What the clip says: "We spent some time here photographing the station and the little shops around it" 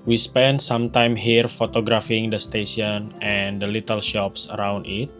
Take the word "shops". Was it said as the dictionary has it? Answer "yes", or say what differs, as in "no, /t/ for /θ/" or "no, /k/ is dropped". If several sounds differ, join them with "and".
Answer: yes